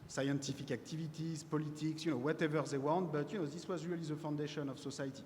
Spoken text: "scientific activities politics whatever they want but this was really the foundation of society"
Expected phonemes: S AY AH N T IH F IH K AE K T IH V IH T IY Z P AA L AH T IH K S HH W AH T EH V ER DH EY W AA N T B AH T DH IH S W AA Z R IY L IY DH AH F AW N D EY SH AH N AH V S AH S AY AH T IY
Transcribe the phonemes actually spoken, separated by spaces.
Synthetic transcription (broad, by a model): S AY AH N T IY F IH K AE K T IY V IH T IY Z P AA L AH T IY K S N W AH T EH V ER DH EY W AA N T B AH T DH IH S W AA Z R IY L IY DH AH F AW N D EY SH AH N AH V S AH S AY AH T IY